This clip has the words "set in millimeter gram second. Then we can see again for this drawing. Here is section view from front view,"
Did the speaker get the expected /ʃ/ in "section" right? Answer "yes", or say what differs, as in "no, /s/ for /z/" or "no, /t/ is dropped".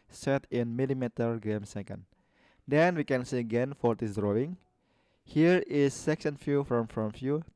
no, /s/ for /ʃ/